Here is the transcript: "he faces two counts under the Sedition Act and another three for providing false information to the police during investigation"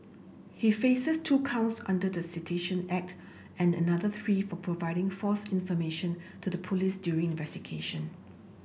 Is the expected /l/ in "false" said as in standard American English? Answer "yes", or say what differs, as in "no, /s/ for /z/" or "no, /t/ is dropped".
no, /l/ is dropped